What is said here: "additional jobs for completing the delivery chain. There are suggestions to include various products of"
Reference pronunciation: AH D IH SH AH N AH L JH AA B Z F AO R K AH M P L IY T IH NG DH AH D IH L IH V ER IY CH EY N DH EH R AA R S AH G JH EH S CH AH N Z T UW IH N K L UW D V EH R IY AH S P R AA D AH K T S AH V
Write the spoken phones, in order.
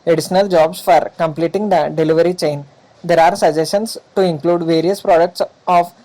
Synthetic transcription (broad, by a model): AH D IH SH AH N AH L JH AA B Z F AO R K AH M P L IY T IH NG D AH D IH L IH V ER IY CH EY N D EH R AA R S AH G JH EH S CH AH N S T UW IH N K L UW D V EH R IY AH S P R AA D AH K T S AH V